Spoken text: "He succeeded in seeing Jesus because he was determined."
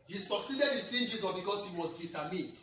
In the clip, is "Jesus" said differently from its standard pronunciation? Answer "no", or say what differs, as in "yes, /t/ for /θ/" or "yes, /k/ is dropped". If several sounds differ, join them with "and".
yes, /s/ is dropped